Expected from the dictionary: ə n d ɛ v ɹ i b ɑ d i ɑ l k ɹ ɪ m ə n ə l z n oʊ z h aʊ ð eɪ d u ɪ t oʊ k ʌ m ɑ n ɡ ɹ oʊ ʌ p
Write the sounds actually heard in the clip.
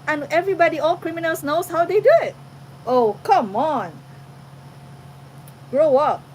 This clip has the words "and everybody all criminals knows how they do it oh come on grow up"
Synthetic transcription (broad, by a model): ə n ɛ v ɹ i b ɑ d i ɑ l k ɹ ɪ m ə n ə l s n oʊ s h aʊ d eɪ d u ɪ t oʊ k ʌ m ɑ n ɡ ɹ oʊ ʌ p